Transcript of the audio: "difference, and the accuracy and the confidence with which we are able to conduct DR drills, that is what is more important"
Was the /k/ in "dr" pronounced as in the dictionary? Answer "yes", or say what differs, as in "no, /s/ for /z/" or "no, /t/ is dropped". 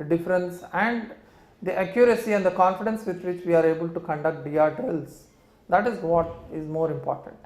no, /k/ is dropped